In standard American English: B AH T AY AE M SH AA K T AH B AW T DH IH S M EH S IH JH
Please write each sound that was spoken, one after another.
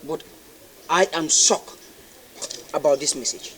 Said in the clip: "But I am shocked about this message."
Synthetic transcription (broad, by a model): B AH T AY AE M S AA K AH B AW T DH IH S M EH S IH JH